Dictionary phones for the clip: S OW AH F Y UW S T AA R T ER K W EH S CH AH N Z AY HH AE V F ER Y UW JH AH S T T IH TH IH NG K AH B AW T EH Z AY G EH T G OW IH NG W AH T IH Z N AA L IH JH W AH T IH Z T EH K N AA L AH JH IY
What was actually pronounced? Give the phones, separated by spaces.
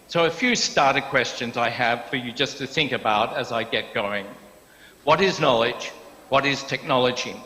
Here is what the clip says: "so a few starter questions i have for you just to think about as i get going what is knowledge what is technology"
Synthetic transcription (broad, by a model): S OW AH F Y UW S T AA R T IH K W EH S CH AH N Z AY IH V F ER Y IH JH AH S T T IH TH IH NG K AH B AW T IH Z AY G EH T G OW IH NG W AH T IH Z N AA L IH JH W AH T IH Z T EH K N AA L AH JH IY